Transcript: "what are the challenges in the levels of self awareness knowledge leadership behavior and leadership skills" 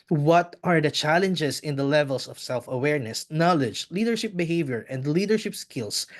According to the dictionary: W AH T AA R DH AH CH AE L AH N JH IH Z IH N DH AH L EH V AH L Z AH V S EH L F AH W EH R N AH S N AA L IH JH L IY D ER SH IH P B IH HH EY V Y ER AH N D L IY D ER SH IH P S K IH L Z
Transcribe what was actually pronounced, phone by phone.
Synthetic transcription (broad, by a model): W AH T AA R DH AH CH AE L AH N JH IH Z IH N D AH L EH V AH L S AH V S EH L F AH W EH R N AH S N AA L IH JH L IY D ER SH IH P B IH HH EY V Y ER AH N D L IY D ER SH IH P S K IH L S